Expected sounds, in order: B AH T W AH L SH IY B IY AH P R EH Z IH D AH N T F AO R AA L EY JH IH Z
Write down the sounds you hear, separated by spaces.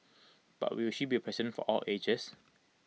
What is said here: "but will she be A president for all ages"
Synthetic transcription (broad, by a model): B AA T W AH W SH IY B IY AH P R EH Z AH N F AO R AA L EY JH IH S